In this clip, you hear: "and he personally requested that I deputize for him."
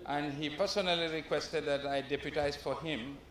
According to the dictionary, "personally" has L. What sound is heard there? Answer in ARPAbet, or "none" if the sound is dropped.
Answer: L